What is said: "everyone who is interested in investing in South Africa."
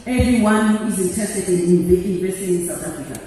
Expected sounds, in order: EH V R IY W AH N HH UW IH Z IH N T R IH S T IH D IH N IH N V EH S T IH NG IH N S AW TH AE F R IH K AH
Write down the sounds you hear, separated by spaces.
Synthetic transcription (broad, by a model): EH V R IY W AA N HH UW IH Z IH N T IH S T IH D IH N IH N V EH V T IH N IH N S AW T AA F R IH K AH